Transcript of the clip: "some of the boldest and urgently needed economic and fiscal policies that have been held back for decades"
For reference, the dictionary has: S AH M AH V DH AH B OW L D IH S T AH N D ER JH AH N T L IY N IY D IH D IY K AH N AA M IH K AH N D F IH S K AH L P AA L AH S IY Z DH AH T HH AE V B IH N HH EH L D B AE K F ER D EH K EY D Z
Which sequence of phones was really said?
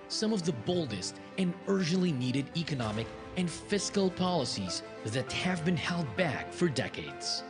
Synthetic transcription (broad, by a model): S AH M AH V DH AH B OW L D IH S T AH N ER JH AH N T L IY N IY D IH D IY K AH N AA M IH K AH N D F IH S K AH L P AA L AH S IY Z DH AH T HH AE V B IH N HH EH L D B AE K F ER D EH K EY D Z